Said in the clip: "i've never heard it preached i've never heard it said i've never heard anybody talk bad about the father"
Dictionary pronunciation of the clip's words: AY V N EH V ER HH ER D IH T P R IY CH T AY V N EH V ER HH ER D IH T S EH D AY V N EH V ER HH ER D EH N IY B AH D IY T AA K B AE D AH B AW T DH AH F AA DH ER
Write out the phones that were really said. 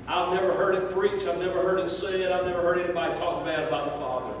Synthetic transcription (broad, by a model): AY V N EH V ER HH ER D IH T P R IY CH AY V N EH V ER HH ER D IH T S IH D AY V N EH V ER HH ER D EH N IY B AH D IY T AA K B AE D AH B AW T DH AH F AA DH ER